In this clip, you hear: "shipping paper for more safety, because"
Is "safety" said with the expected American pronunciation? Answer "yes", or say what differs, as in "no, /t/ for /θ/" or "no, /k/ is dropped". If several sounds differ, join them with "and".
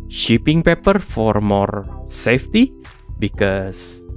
yes